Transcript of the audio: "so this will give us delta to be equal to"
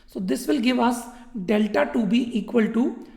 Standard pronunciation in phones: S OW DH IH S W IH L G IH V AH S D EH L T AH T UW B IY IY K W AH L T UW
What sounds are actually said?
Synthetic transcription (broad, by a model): S OW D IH S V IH L G IH V AH S D EH L T AH T UW B IY IY K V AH L T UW